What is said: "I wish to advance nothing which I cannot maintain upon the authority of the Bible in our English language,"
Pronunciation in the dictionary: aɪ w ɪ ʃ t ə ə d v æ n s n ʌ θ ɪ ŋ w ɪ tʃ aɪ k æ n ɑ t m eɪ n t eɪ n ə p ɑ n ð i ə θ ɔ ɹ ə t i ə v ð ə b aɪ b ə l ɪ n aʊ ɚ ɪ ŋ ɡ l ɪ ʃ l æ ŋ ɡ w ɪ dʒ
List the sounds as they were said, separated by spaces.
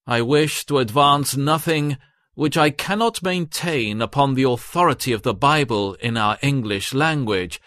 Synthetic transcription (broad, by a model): aɪ w ɪ ʃ t ə ə d v æ n s n ʌ θ ɪ ŋ w ɪ tʃ aɪ k æ n ɑ t m eɪ n t eɪ n ə p ɑ n ð i ə θ ɔ ɹ ə t i ə v ð ə b aɪ b ə l ɪ n aʊ ɚ ɪ ŋ ɡ l ɪ ʃ l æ ŋ ɡ w ɪ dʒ